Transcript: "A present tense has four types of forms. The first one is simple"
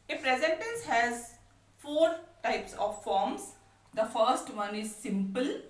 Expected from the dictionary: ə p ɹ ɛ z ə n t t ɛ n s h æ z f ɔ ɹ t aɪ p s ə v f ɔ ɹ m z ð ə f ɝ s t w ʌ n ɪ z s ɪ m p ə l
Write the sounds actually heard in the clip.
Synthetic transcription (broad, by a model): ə f ɹ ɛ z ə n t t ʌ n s h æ z f ɔ ɹ t aɪ p s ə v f ɔ ɹ m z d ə f ɝ s t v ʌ n ɪ z s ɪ m p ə l